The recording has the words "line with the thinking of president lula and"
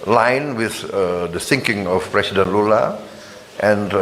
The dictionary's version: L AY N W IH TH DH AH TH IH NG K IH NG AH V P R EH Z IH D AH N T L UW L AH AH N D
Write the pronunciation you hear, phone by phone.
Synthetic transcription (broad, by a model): L AY N W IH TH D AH S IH NG K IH NG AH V P R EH S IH D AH N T L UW L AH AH N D